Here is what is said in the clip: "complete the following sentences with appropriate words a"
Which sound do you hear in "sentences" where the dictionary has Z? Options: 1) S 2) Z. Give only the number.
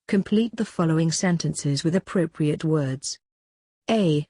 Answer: 2